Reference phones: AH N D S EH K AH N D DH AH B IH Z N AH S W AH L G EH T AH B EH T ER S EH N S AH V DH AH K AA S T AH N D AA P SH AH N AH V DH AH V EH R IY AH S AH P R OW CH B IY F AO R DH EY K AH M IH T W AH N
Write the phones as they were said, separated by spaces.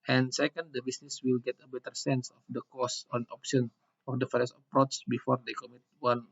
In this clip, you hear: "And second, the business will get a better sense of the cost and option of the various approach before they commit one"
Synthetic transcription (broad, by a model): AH N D S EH K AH N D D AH B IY S N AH S W AH L G EH T AH B EH T ER S EH N S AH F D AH K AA S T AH N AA P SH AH N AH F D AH F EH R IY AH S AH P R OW S B IY F AO R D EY K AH M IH T W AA N